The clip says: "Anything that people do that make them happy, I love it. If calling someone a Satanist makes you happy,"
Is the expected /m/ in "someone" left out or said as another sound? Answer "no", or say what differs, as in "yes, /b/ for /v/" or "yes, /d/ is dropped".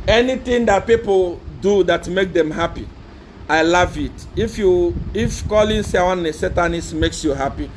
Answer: yes, /m/ is dropped